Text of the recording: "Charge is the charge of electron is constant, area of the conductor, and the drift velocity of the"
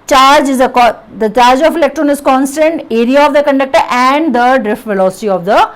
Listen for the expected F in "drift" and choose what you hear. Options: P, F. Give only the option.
F